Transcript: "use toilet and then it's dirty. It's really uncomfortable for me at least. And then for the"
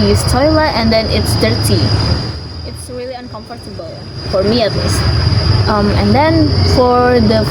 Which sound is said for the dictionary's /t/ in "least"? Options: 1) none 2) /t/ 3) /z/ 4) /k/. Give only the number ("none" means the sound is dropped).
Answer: 2